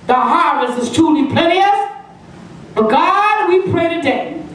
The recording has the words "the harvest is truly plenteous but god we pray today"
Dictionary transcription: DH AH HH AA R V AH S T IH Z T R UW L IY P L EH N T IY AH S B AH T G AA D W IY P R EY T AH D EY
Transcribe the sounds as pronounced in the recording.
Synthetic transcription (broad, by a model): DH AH HH AA R V AH S T IH Z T UW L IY P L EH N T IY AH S B AH T G AA D W IY P R EY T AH D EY